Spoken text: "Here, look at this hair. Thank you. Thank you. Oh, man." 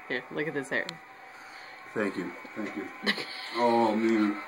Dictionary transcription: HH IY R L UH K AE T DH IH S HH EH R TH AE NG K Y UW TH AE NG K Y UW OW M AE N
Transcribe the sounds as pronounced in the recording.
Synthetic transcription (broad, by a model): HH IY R L UH K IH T DH IH S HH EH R TH AE NG K Y UW TH AE NG K Y UW OW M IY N